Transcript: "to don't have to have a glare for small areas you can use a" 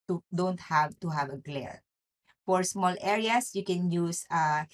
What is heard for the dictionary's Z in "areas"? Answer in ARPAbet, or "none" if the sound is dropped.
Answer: S